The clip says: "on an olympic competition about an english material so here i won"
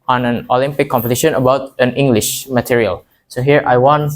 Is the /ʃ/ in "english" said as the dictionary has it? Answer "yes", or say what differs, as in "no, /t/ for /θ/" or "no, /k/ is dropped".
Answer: yes